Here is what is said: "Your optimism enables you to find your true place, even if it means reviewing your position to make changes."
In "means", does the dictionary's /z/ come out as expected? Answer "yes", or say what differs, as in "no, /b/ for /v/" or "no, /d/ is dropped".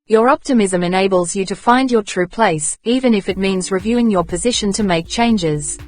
yes